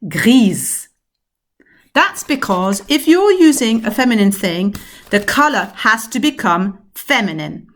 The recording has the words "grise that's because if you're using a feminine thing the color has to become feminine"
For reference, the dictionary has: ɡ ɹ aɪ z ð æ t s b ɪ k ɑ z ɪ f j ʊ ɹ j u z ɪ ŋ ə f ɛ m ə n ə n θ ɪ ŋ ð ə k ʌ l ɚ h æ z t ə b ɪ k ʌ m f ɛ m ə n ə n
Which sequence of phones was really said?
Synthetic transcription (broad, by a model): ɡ ɹ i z ð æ t s b ɪ k ɑ z ɪ f j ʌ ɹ j u z ɪ ŋ ə f ɛ m ə n ə n θ ɪ ŋ ð ə k ʌ l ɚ h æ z t ə b ɪ k ʌ m f ɛ m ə n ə n